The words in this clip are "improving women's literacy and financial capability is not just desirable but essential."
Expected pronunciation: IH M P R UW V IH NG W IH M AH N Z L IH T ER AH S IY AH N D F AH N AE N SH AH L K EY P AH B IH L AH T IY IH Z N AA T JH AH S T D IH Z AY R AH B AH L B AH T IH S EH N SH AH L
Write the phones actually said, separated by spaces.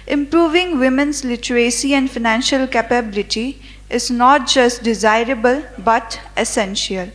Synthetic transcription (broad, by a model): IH M P R UW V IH NG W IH M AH N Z L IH T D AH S IY AH N D F AH N AE N SH AH L K EY P AH B IH L AH T IY IH Z N AA T JH AH S T D IH Z AY R AH B AH L B AH T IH S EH N SH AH L